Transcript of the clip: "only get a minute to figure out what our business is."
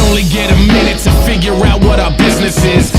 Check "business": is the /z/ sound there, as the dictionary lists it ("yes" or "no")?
yes